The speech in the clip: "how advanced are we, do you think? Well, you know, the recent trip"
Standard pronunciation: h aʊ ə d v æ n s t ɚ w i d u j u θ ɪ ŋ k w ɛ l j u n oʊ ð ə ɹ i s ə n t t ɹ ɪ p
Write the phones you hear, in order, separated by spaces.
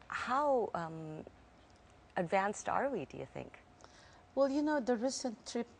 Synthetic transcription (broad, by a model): h aʊ ə d v æ n s t ɚ w i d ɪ j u θ ɪ ŋ k w ɛ l j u n oʊ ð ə ɹ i s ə n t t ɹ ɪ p